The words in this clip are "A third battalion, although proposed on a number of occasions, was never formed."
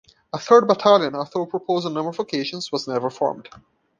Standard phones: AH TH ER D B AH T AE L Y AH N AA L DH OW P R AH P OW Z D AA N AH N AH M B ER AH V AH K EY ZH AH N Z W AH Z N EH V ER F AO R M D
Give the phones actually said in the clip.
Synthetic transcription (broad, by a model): AH TH ER D B AH T AE L Y AH N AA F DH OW P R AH P OW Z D AH N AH M ER AH V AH K EY SH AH N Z W AH Z N EH V ER F AO R M D